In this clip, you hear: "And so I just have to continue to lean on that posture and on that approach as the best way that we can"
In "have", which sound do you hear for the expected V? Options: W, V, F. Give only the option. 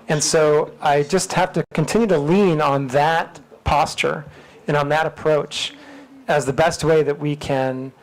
F